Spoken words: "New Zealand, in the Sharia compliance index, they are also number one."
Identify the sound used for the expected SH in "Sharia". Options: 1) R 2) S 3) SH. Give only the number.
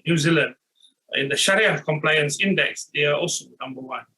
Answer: 3